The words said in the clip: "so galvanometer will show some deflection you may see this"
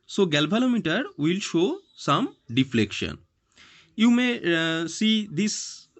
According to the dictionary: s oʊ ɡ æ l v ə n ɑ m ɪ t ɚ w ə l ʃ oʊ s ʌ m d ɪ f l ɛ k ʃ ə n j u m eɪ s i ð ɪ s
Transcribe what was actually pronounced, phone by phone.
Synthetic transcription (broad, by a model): s oʊ ɡ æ l b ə l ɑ m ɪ t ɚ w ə l ʃ oʊ s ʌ m d ɪ f l ɛ k ʃ ə n j u m eɪ s i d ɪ s